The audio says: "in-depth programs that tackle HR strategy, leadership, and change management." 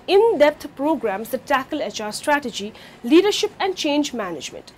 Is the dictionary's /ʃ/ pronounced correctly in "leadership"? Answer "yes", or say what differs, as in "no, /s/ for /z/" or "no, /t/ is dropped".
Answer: yes